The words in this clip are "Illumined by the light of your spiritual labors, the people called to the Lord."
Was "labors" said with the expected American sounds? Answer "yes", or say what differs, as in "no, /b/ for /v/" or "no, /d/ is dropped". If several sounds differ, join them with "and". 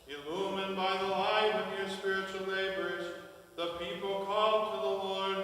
no, /n/ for /l/